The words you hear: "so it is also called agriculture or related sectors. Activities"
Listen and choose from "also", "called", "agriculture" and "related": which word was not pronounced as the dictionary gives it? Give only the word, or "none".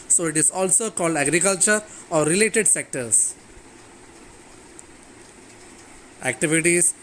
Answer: none